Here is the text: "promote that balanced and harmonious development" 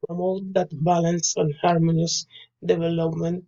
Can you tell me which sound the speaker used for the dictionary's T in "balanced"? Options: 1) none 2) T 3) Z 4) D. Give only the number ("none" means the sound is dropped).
1